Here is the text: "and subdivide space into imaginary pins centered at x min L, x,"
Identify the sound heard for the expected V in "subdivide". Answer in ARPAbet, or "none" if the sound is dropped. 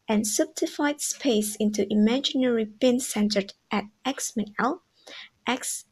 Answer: F